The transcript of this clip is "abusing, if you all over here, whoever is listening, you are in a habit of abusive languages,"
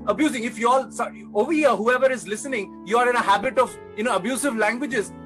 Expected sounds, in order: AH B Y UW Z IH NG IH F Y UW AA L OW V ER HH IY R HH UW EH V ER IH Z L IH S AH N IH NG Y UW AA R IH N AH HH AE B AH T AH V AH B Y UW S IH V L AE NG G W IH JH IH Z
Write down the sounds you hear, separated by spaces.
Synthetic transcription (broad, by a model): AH B Y UW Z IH NG IH F Y UW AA L OW V ER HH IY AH HH UW EH V ER IH Z L IH S AH N IH NG Y UW AA R IH N AH HH AE B AH T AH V AH B Y UW S IH V L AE NG G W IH JH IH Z